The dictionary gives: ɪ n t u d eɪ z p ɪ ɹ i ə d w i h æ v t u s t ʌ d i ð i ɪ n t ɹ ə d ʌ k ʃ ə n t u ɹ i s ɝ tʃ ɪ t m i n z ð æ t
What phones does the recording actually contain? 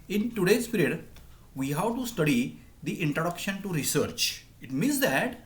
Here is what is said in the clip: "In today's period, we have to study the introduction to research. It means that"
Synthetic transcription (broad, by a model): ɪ n t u d eɪ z p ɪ ɹ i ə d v i h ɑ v t u s t ʌ d i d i ɪ n t ɹ ə d ʌ k ʃ ə n t u ɹ i s ɝ tʃ ɪ t m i n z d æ t